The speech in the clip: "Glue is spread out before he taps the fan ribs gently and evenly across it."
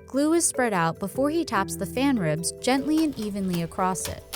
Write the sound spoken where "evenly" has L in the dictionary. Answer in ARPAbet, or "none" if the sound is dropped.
L